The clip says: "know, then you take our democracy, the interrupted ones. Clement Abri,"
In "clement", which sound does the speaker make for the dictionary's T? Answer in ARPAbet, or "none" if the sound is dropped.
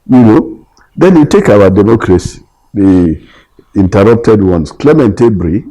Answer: T